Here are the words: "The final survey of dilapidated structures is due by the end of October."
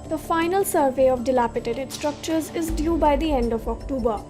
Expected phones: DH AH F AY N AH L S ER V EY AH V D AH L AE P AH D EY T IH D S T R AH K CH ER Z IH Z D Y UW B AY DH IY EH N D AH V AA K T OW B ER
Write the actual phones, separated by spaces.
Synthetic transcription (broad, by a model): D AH F AY N AH L S ER V EY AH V D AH L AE P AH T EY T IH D S T R AH K CH ER Z IH Z D Y UW B AY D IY EH N D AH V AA K T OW B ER